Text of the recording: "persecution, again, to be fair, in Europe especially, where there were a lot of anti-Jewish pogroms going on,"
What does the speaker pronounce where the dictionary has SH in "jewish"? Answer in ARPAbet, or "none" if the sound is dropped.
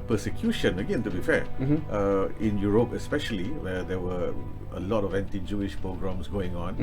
SH